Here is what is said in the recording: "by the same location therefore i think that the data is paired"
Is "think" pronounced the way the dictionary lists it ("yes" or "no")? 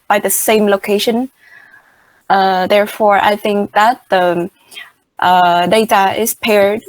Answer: yes